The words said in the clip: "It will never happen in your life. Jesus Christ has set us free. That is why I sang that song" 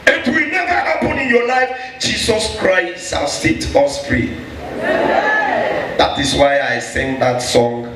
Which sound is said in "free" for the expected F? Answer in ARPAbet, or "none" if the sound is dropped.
P